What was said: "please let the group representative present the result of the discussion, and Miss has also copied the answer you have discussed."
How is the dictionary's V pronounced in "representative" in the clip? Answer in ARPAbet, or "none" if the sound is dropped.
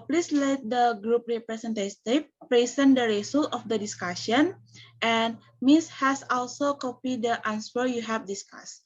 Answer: F